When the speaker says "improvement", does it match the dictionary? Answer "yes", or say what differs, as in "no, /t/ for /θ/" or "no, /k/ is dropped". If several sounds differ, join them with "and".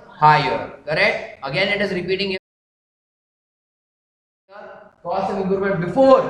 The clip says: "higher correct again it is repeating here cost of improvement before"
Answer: no, /v/ is dropped